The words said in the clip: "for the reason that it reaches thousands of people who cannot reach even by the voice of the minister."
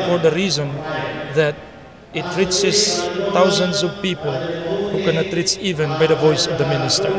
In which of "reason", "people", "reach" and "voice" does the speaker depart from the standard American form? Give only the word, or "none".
reach